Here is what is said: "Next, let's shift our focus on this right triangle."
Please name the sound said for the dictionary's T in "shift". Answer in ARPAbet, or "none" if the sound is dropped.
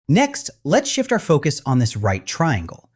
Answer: T